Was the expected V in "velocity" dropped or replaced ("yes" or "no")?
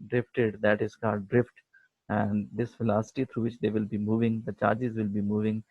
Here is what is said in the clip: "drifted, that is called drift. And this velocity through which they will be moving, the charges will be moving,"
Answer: yes